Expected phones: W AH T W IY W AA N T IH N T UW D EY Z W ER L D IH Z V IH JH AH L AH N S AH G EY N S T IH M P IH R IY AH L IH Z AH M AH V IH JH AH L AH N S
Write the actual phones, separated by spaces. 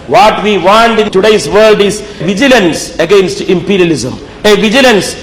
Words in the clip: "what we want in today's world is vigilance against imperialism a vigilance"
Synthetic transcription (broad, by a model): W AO T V IY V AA N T IH N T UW D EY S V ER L D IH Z V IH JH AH L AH N S AH G EY N S T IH M P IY R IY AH L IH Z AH M AH V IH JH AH L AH N S